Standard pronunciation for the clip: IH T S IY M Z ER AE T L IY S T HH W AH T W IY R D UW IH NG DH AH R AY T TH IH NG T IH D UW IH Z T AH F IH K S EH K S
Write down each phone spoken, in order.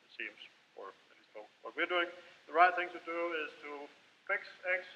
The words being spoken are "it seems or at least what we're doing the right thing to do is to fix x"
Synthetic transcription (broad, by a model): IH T S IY M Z ER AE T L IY S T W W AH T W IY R D UW IH NG DH AH R AY T TH IH NG T IH D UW IH Z T AH F IH K S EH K S